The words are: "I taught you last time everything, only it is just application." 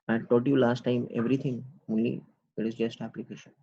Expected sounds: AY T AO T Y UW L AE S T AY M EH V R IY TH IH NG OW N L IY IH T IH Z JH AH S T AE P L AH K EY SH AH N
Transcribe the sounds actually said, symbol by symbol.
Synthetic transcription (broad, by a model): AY T AO T Y UW L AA S T AY M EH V R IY T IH NG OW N L IY IH T IH Z JH AH S T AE P L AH K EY SH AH N